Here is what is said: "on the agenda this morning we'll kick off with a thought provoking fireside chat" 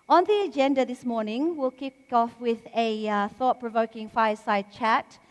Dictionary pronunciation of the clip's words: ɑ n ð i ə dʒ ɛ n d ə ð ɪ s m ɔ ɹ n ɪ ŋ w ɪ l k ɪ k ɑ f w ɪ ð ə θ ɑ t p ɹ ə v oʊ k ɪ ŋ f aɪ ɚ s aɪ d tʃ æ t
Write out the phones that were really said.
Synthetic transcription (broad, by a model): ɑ n ð i ə dʒ ɛ n d ə ð ɪ s m ɔ ɹ n ɪ ŋ w ɪ l k ɪ k ɑ f w ɪ ð ə θ ɑ t p ɹ ə v oʊ k ɪ ŋ f aɪ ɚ s aɪ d tʃ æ t